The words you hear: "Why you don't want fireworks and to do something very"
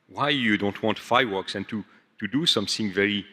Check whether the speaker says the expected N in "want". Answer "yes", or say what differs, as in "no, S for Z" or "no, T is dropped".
yes